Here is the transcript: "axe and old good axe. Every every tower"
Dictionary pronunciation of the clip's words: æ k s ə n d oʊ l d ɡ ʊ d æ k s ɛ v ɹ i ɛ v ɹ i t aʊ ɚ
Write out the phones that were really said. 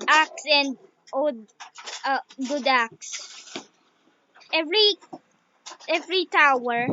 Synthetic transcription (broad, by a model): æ k s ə n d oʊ d ɡ ʊ d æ k s ɛ v ɹ i ɛ v ɹ i t aʊ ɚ